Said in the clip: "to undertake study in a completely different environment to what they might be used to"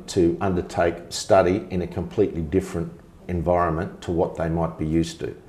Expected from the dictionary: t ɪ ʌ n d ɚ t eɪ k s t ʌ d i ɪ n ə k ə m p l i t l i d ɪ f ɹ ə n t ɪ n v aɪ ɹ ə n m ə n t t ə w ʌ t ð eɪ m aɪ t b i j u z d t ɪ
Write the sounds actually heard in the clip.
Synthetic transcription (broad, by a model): t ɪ ʌ n d ɚ t eɪ k s t ʌ d i ɪ n ə k ə m p l i t l i d ɪ f ɹ ə n t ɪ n v aɪ ɹ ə n m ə n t t ə w ʌ t ð eɪ m aɪ t b i j u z t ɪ